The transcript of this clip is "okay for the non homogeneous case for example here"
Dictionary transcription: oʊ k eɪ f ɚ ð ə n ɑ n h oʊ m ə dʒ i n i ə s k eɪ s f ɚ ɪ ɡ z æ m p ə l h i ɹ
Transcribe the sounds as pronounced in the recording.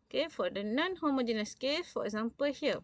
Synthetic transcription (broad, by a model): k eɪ f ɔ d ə n ɑ n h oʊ m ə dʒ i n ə s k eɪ f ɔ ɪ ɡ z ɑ m p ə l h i